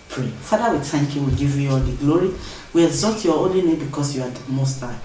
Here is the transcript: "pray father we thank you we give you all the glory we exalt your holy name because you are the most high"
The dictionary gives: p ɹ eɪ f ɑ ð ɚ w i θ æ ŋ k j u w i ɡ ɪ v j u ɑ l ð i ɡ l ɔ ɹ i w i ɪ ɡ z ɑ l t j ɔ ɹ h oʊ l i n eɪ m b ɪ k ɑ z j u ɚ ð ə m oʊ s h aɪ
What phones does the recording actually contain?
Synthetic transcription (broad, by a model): p ɹ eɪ f ɑ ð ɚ w i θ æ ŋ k j u w i ɡ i v j u ɑ l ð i ɡ l ɔ ɹ i w i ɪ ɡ z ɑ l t j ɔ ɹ oʊ l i n eɪ m b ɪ k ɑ s j u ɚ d m oʊ s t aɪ